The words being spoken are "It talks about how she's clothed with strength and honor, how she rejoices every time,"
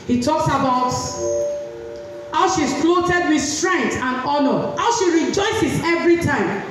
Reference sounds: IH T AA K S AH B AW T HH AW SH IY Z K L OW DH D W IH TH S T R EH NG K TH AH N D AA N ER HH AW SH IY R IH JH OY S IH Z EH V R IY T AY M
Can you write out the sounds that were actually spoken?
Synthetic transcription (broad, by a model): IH T AA K S AH B AW T HH AW SH IY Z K L OW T D W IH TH S T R EH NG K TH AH N AA N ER HH AW SH IY R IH JH OY S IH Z EH V R IY T AY M